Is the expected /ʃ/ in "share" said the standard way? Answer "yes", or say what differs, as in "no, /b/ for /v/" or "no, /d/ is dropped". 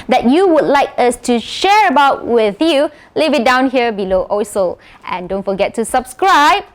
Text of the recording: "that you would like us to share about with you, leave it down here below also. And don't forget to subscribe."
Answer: yes